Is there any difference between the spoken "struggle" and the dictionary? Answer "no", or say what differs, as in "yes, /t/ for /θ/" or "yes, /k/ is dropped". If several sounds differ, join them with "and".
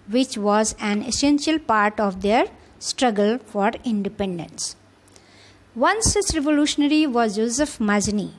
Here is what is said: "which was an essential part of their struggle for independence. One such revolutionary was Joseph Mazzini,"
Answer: no